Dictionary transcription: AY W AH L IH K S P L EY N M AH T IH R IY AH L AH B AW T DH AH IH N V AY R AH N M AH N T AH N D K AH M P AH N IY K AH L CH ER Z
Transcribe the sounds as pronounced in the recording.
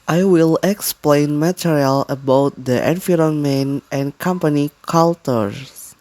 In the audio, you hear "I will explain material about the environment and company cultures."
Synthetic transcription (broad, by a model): AY W AH L IH K S P L EY N M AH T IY R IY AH L AH B AW T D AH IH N F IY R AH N M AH N T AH N K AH M P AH N IY K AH L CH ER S